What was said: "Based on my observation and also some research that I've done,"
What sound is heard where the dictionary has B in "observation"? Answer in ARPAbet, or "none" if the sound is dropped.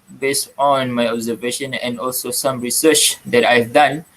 B